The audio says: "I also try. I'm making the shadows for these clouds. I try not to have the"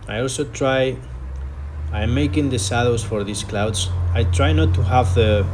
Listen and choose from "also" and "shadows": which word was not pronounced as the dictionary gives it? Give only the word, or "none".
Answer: shadows